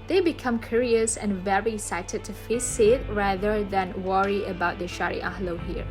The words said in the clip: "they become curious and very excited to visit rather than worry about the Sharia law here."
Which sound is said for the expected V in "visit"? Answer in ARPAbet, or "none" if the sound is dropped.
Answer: F